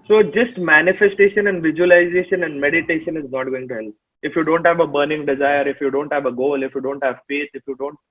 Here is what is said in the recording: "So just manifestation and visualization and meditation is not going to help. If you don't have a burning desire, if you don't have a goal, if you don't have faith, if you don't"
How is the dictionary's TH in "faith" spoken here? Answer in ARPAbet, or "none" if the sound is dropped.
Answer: T